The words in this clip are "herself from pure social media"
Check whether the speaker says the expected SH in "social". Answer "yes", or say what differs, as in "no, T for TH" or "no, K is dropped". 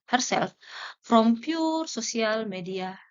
no, S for SH